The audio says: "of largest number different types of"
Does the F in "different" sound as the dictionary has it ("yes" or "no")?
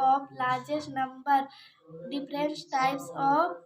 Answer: no